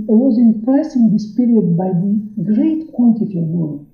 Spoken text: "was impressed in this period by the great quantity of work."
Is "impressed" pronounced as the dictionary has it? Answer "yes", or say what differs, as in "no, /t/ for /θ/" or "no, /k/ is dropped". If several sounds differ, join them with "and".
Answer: no, /t/ is dropped